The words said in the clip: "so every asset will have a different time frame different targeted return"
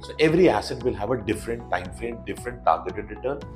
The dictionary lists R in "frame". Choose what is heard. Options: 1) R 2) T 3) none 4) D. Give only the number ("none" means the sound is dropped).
3